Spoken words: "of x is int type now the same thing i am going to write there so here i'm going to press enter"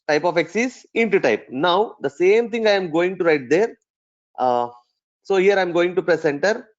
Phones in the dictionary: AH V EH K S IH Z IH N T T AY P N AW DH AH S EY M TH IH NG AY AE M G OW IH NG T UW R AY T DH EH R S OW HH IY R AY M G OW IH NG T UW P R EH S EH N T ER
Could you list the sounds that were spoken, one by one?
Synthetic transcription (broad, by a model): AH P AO K S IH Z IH N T T AY P N AW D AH S EY M T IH NG AY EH M G OW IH NG T UW R AY T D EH R S OW HH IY R AY M G OW IH NG T UW P R EH S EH N T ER